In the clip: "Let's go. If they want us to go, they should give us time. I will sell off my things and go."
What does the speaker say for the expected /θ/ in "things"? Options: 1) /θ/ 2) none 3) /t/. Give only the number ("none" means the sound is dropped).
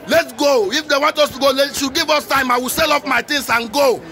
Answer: 3